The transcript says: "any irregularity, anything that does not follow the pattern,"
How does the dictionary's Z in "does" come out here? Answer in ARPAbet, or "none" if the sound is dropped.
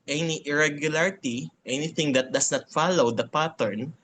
S